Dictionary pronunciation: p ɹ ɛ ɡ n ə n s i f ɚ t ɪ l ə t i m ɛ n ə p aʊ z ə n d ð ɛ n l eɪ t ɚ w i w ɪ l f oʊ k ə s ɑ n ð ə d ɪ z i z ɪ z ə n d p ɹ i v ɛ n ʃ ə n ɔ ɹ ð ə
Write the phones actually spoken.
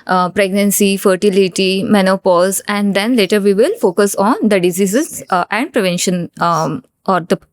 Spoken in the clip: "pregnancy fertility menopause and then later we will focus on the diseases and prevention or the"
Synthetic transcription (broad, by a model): p ɹ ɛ ɡ n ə n s i f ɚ t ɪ l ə t i m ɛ n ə p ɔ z ə n d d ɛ n l eɪ t ɚ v i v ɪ l f oʊ k ə s ɑ n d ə d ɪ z i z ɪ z ə n d p ɹ i v ɛ n ʃ ə n ɔ ɹ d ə